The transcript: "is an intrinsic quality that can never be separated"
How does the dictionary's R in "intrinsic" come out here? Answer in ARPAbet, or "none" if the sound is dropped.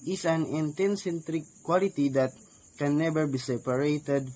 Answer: none